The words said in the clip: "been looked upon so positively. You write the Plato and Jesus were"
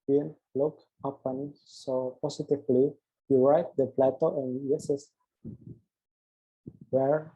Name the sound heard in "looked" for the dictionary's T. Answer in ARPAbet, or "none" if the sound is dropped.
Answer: none